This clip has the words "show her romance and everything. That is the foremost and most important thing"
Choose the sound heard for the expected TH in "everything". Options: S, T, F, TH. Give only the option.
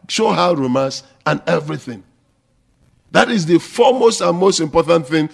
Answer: TH